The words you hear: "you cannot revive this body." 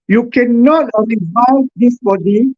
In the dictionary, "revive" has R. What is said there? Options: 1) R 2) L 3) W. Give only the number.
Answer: 2